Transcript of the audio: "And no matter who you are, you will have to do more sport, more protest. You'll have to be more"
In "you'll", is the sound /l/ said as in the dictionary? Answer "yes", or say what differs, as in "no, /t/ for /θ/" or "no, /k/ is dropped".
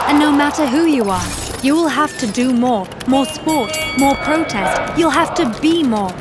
yes